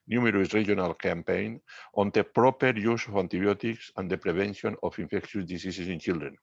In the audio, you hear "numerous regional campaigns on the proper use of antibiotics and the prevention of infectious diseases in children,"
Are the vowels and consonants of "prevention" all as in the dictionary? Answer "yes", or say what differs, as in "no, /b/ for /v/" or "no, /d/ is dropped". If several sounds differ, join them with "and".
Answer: no, /b/ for /v/